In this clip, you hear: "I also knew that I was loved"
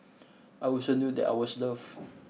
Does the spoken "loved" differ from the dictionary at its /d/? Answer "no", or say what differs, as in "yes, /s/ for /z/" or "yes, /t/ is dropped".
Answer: yes, /d/ is dropped